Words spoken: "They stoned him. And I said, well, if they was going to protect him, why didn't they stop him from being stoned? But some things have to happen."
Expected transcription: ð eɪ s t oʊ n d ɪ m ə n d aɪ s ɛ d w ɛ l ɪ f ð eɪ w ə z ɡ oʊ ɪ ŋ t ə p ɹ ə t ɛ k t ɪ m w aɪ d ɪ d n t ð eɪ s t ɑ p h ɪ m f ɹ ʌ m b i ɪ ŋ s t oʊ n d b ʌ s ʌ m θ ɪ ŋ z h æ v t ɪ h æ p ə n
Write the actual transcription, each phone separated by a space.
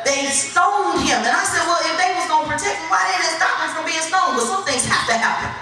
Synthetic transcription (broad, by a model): ð eɪ s t oʊ n d ɪ m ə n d aɪ s ɛ d w ɛ l ɪ f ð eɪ w ə z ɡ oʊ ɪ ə p ɹ ə t ɛ k t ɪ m w aɪ d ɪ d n t s t ɑ p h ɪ f ɹ ʌ m b i ɪ ŋ s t oʊ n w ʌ s ʌ m θ ɪ ŋ z h æ f t ɪ h æ p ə n